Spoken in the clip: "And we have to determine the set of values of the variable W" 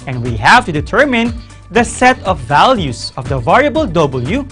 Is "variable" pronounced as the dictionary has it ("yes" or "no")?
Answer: yes